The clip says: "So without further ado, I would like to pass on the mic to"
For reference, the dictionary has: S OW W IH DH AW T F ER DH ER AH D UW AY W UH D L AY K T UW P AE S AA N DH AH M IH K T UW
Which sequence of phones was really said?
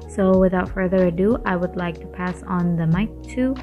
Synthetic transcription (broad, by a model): S OW W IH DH AW T F ER DH ER AH D UW AY W UH D L AY K T UW P AE S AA N DH AH M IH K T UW